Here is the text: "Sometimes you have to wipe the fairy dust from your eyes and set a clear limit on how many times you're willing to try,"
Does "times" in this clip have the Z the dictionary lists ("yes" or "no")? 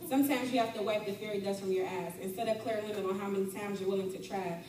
yes